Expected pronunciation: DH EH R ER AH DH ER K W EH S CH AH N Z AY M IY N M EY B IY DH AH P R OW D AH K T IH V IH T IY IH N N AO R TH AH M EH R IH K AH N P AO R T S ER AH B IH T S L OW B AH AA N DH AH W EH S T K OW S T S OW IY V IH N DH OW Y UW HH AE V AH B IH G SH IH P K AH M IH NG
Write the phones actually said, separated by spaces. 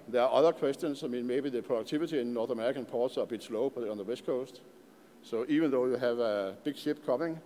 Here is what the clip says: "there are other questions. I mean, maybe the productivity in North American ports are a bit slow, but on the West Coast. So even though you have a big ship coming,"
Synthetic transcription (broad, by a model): DH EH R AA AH DH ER K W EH S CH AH N S AY M IY N M EY B IY DH AH P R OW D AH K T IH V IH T IY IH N N AO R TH AH M EH R IH K AH N P AO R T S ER AH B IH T S L OW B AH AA N DH AH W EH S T K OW S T S OW IY V IH N DH OW Y UW HH AE V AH B IH G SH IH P K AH M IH NG